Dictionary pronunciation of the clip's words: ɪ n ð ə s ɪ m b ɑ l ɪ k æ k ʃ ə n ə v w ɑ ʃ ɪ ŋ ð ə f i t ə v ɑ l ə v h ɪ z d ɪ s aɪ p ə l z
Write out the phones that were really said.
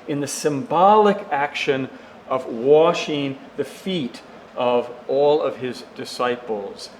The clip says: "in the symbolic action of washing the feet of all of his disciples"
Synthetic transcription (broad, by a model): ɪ n ð ə s ɪ m b ɑ l ɪ k æ k ʃ ə n ə v w ɑ ʃ ɪ ŋ ð ə f i t ə v ɑ l ə v ɪ z d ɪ s aɪ p l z